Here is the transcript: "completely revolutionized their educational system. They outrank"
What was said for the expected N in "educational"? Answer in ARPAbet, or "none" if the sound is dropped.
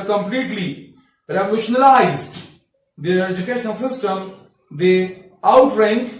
none